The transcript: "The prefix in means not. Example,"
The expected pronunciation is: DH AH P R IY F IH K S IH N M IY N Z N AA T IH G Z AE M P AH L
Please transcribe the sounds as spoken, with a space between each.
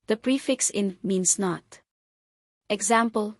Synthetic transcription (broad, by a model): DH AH P R IY F IH K S IH N M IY N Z N AA T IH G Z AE M P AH L